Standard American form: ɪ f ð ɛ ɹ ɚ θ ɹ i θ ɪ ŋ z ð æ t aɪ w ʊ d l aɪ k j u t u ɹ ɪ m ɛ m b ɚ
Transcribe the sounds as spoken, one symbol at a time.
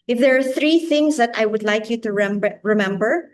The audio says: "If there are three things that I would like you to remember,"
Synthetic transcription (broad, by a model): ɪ f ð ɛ ɹ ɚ θ ɹ i θ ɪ ŋ s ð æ t aɪ w ʊ d l aɪ k j u t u ɹ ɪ m ɛ m b ɚ